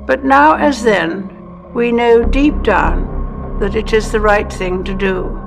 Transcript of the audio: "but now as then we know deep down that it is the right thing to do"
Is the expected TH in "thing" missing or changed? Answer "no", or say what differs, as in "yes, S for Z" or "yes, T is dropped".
no